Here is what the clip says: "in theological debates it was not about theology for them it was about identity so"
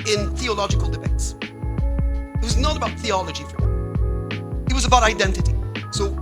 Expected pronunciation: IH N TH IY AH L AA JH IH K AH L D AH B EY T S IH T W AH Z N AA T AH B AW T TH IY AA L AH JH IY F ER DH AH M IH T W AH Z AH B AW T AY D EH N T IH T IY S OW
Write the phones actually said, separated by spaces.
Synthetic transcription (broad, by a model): IH N TH IY AH L AA JH IH K AH L D AH B EY T S IH T W AH Z N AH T AH B AW T TH IY AA L AH JH IY F ER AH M IH T W AH Z AH B AW T AY D EH N T IH T IY S OW